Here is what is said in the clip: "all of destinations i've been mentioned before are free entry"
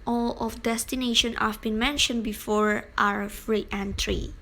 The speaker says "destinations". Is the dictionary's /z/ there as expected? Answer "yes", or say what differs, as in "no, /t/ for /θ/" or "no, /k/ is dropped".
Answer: no, /z/ is dropped